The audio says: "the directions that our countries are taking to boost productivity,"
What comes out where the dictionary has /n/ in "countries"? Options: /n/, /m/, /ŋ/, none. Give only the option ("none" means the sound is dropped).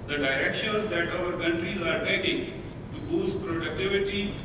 /n/